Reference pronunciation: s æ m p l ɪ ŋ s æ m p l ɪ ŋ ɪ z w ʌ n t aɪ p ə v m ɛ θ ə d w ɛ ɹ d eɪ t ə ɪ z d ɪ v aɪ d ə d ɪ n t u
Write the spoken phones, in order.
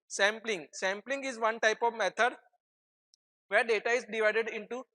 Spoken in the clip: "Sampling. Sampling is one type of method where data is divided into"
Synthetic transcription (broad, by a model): s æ m p l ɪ ŋ s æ m p l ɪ ŋ ɪ z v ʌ n t aɪ p ə v m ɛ t ə d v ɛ ɹ d eɪ t ə ɪ z d ɪ v aɪ d ə d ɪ n t u